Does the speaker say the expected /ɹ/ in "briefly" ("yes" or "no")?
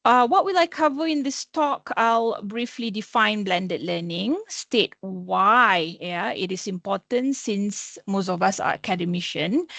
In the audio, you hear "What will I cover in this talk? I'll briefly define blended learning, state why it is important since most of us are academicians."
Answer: yes